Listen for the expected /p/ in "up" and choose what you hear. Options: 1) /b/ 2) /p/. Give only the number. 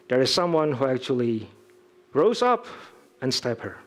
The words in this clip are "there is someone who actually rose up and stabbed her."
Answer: 2